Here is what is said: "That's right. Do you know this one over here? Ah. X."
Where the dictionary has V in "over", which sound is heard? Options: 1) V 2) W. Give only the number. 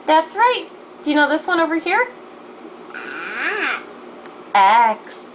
1